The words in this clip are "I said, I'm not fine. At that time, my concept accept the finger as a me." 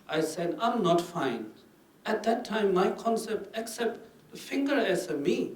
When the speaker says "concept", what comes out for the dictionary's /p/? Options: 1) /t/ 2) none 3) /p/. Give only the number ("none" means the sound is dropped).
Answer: 3